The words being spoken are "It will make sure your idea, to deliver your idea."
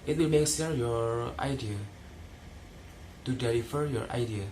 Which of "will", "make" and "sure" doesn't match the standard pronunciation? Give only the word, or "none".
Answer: sure